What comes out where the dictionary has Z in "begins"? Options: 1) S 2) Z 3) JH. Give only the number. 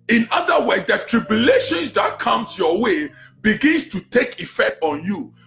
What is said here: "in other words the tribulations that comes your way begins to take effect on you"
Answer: 1